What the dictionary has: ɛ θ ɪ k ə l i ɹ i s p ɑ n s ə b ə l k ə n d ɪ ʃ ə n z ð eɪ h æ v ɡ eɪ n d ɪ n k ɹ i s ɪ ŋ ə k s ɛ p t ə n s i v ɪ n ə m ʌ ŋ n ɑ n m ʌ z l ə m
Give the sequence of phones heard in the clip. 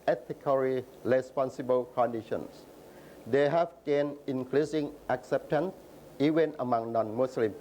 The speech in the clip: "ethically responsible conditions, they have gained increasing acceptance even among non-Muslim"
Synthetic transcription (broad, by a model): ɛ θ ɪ k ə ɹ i ɹ i s p ɑ n s ə b ə l k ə n d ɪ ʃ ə n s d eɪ h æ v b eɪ n ɪ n k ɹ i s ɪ ŋ ə k s ɛ p t ə n s i v ɪ n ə m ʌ ŋ n ɑ n m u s l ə m